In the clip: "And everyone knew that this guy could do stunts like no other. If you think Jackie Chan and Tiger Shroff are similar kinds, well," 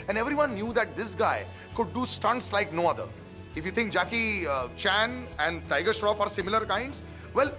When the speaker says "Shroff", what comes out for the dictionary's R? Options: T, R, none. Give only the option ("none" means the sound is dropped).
R